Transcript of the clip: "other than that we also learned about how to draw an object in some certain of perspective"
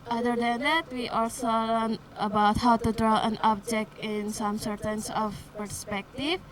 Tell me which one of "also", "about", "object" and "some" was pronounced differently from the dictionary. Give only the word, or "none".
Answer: none